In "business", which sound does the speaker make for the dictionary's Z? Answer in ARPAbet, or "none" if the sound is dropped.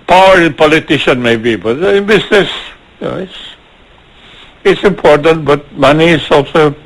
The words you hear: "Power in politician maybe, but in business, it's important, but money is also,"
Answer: S